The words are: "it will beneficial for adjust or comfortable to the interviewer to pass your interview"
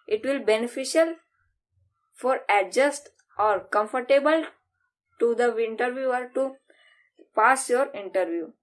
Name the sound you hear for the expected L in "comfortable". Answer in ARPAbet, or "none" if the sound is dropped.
L